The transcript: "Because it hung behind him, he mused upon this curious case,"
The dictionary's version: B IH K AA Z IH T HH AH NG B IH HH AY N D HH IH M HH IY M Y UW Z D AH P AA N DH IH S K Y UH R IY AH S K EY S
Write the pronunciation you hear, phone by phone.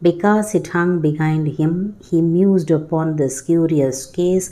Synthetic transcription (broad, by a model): B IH K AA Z IH T HH AH NG B IH HH AY N D HH IH M HH IY M Y UW Z D AH P AA N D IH S K Y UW R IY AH S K EY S